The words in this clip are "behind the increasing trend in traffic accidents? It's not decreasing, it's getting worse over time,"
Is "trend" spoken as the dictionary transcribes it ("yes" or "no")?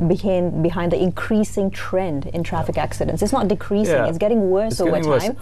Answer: yes